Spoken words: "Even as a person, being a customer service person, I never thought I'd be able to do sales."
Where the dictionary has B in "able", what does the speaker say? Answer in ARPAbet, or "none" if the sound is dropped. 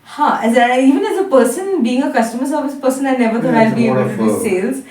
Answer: none